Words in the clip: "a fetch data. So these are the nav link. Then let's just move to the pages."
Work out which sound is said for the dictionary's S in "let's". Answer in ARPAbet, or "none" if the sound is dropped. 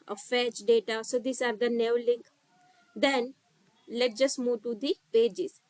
none